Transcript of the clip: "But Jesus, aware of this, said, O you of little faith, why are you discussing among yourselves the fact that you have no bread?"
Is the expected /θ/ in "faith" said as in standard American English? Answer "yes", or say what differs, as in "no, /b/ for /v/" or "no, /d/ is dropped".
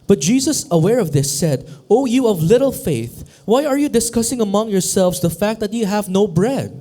yes